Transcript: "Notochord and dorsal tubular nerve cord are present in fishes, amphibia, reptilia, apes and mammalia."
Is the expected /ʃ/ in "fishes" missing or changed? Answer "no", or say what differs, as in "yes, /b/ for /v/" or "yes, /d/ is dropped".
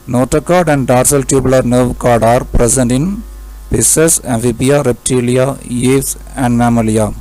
yes, /s/ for /ʃ/